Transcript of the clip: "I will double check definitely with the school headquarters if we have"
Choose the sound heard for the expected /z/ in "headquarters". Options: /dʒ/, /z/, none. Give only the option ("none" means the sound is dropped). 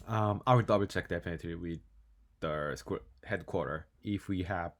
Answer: none